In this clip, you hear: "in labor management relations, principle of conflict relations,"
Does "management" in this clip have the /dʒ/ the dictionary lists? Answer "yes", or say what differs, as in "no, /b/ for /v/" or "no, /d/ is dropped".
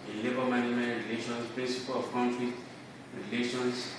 no, /dʒ/ is dropped